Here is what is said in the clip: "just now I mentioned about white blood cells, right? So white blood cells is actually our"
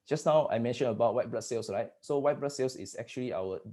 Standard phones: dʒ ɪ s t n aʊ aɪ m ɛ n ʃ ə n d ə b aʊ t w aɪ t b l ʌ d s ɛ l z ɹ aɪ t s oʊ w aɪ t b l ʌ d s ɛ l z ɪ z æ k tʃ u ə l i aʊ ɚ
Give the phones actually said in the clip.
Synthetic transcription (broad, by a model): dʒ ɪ s n aʊ aɪ m ɛ n ʃ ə n ə b aʊ t w aɪ t b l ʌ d s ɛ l s ɹ aɪ t s oʊ w aɪ t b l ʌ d s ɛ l s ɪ s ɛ k tʃ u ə l i aʊ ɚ